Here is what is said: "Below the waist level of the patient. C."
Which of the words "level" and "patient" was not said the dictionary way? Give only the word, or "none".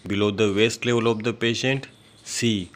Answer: none